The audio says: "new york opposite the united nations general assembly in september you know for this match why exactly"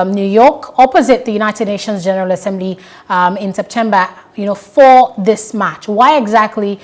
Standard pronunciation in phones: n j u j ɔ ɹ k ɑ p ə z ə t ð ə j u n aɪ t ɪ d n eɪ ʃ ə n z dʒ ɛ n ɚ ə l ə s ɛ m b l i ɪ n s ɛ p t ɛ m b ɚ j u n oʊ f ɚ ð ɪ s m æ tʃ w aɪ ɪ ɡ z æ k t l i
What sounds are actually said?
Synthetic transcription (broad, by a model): n j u j ɔ ɹ k ɑ p ə z ə t ð ə j u n aɪ t ɪ d n eɪ ʃ ə n z dʒ ɛ n ɚ ə l ə s ɛ m b l i ɪ n s ɛ p t ɛ m b ɚ j u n oʊ f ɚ ð ɪ s m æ tʃ w aɪ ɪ ɡ z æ k t l i